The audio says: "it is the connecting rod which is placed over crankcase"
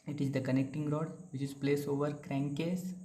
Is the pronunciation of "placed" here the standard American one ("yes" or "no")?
no